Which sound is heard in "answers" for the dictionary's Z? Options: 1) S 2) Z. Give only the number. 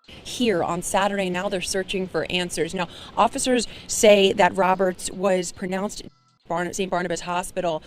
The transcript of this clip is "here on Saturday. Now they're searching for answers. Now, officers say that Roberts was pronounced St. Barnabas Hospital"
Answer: 2